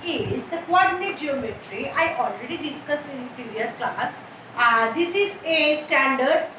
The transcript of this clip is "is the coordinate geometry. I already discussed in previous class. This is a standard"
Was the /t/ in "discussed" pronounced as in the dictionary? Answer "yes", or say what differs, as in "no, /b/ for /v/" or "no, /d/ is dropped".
no, /t/ is dropped